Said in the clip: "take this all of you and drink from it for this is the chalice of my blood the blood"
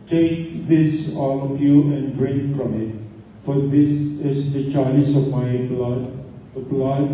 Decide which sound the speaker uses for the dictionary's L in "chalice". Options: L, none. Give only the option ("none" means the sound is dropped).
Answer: none